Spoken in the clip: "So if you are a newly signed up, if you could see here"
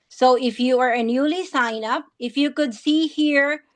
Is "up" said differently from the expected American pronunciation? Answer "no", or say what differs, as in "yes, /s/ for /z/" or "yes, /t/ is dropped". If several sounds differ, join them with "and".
no